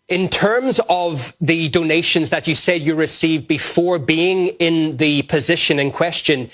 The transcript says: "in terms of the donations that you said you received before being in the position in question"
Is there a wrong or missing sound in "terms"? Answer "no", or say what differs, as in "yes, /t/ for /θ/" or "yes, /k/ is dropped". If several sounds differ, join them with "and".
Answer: no